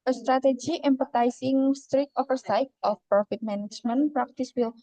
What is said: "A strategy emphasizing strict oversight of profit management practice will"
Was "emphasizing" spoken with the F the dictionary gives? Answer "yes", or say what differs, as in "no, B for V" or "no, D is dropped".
no, P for F